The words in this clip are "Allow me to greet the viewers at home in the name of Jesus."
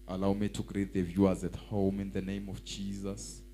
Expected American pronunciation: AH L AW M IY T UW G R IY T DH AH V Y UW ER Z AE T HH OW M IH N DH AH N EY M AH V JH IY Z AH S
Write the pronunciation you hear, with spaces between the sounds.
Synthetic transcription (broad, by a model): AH L AW M IY T UW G R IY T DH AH V Y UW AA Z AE T HH OW M IH N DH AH N EY M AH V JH IY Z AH S